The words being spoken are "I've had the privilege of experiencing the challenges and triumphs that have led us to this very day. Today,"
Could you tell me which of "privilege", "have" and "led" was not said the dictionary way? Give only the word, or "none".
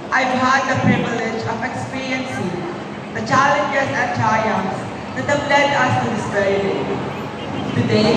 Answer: have